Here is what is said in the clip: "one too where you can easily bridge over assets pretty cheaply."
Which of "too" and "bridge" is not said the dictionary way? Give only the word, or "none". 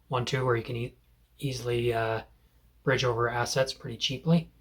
none